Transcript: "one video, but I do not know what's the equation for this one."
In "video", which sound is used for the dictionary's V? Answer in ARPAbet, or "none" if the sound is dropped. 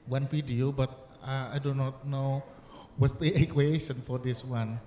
F